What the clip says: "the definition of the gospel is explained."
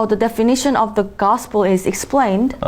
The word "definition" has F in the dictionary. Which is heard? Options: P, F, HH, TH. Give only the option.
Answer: F